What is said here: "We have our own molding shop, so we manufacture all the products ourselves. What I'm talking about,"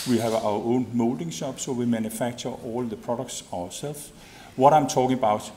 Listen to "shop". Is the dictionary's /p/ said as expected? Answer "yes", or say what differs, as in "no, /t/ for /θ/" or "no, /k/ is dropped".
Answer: no, /b/ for /p/